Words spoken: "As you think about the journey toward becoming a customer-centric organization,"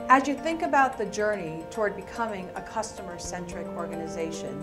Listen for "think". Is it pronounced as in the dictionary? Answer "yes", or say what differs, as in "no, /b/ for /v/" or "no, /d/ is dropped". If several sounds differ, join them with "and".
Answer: yes